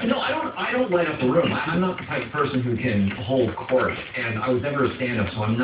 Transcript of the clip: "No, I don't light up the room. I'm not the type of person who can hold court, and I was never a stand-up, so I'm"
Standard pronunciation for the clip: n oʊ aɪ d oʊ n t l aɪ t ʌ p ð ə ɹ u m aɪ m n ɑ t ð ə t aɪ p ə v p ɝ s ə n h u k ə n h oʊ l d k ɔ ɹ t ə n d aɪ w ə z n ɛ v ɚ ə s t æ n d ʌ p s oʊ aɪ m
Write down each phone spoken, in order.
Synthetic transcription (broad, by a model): n oʊ aɪ d oʊ n t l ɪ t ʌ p ð ə ɹ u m aɪ m n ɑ t ð ə t aɪ p ə v p ɝ s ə n h u k ə n h oʊ l d k ɔ ɹ t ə n aɪ w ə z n ɛ v ɚ ə s t æ n d ʌ p s oʊ aɪ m